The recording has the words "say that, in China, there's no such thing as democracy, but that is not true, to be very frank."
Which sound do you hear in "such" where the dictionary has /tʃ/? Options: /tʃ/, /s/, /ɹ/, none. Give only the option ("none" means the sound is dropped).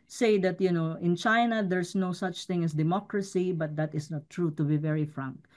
/tʃ/